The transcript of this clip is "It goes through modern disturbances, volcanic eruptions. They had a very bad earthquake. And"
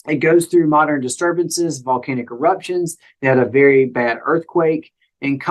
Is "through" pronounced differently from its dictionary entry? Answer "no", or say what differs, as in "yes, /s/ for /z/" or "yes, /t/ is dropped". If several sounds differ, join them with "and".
no